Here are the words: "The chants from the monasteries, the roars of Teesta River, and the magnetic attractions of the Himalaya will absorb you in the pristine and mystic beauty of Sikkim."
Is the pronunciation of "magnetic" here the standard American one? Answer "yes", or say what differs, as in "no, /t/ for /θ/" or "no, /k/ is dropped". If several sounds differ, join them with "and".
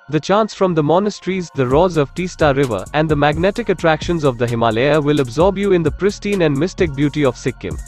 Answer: yes